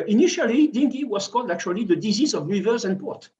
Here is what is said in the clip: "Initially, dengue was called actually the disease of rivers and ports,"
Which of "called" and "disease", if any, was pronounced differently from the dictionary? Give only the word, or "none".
none